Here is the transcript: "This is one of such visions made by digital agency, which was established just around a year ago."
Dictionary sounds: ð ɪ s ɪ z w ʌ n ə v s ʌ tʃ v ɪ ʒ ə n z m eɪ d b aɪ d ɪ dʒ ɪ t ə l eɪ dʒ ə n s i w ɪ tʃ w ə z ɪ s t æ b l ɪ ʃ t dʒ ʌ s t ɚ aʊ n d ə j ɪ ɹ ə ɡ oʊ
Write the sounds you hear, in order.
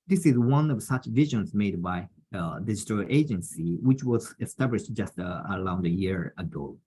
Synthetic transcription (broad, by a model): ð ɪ s ɪ z w ʌ n ə v s ʌ tʃ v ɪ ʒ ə n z m eɪ d b aɪ d ɪ dʒ ɪ t ə l eɪ dʒ ə n s i w ɪ tʃ w ə z ɪ s t æ b l ɪ ʃ t dʒ ʌ s t ɚ aʊ n d ə j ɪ ɹ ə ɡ oʊ